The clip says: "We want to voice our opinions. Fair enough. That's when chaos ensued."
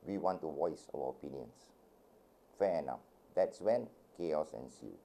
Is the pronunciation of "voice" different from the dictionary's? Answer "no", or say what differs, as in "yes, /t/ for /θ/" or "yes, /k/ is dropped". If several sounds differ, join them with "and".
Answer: yes, /w/ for /v/